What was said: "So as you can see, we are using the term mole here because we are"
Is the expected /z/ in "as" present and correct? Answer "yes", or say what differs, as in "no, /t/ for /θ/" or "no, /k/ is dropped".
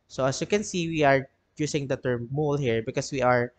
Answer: no, /s/ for /z/